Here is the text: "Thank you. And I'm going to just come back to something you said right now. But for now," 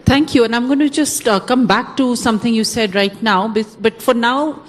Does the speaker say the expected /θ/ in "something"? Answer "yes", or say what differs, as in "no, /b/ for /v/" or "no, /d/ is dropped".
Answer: no, /t/ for /θ/